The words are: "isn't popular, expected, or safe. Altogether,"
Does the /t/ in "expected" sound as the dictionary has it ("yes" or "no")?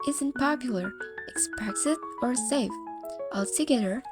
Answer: no